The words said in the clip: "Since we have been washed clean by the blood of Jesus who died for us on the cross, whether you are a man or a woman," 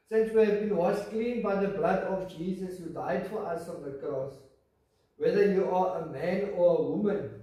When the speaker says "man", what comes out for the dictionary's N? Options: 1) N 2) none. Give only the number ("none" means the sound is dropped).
1